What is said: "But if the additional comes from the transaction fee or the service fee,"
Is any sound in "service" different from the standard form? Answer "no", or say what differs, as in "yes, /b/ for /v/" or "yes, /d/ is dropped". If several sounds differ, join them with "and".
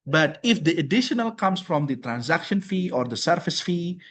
yes, /f/ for /v/